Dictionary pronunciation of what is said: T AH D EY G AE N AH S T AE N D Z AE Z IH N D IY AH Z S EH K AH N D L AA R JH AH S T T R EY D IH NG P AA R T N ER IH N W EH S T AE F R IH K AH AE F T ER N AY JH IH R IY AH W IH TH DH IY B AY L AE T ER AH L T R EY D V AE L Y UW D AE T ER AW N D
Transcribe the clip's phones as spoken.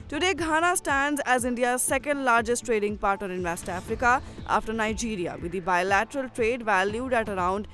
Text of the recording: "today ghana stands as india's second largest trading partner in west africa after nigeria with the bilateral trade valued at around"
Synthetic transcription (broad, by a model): T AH D EY G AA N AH S T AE N D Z AE Z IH N D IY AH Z S EH K AH N D L AA R JH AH S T T R EY D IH NG P AA R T ER IH N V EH S T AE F R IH K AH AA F T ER N AY JH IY R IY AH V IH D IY B AY L AE T ER AH L T R EY D V AE L Y UW D AE T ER AW N D